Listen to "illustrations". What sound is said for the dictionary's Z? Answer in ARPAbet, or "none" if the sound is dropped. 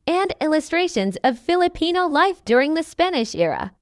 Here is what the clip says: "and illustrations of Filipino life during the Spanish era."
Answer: Z